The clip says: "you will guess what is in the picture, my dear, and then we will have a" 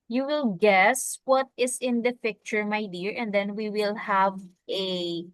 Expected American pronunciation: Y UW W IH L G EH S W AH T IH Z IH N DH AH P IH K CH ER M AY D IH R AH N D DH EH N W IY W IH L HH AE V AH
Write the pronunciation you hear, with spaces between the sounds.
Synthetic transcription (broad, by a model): Y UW W IH L G EH S W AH T IH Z IH N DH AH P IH K CH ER M AY D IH R AH N D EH N W IY W IH L HH AE V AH